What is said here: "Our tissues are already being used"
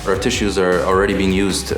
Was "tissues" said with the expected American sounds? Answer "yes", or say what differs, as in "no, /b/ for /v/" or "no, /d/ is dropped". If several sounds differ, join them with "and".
yes